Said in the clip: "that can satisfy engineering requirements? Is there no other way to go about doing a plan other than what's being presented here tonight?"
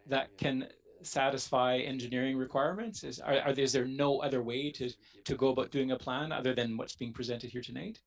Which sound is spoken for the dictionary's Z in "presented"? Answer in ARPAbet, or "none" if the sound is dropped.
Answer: Z